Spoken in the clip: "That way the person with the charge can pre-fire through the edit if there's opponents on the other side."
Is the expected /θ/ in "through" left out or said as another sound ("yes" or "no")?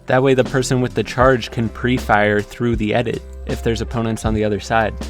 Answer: no